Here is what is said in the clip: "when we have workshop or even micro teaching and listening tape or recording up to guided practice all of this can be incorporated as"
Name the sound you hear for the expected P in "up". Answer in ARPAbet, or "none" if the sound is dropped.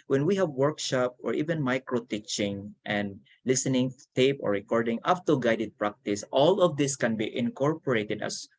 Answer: F